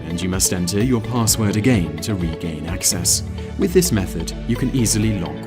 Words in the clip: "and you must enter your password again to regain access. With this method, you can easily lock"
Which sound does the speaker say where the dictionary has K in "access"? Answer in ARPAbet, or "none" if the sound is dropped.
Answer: K